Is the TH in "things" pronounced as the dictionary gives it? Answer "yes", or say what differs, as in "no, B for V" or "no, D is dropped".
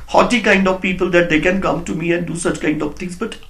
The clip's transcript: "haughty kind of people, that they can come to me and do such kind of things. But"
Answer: no, T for TH